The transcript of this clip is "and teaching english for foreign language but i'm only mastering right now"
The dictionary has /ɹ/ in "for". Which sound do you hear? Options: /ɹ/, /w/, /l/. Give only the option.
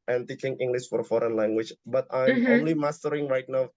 /ɹ/